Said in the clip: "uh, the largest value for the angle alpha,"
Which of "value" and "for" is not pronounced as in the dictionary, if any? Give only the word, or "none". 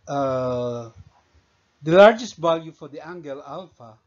value